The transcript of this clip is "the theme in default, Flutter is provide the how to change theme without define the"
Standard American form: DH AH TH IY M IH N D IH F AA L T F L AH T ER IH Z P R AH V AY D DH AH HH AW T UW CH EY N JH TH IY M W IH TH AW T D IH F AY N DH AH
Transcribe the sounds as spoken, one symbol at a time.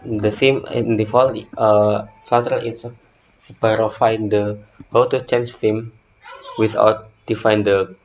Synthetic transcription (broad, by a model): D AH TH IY M IH N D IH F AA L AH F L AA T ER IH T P R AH F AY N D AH HH AW T UW CH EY N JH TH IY M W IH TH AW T D IH F AY N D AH